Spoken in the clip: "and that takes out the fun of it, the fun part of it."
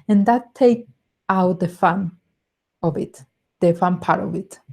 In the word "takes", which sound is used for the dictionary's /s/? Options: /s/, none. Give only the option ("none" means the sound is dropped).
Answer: none